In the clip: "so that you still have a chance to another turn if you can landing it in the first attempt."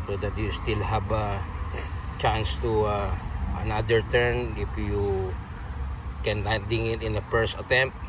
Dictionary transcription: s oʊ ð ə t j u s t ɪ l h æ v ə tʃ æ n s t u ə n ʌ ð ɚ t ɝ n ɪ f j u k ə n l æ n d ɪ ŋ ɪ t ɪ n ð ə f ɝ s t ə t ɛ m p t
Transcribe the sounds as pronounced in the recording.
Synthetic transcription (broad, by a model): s oʊ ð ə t j u s t ɪ l h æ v ə tʃ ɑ n s t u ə n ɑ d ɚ t ɝ n ɪ f j u k ə n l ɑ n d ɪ ŋ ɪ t ɪ n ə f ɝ s ə t ɛ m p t